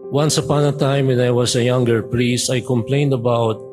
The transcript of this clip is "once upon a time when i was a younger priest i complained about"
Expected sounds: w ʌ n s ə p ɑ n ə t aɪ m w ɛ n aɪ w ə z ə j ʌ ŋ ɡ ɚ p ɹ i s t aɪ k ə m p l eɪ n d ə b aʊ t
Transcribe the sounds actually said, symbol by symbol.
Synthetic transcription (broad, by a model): w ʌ n s ə p ɑ n ə t aɪ m w ɛ n aɪ w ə s ə j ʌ ŋ ɡ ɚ p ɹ i s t aɪ k ə m p l eɪ n d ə b aʊ t